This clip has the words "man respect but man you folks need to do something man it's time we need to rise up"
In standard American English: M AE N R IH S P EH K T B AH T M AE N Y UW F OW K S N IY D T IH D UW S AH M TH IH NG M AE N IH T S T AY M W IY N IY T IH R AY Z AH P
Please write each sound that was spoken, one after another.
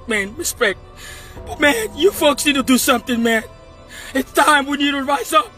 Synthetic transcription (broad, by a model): M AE N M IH S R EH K B AH T M AE N Y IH F OW K S N IY D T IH D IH S AH M TH IH NG M AE N IH T S T AY M W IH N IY T IH R AY Z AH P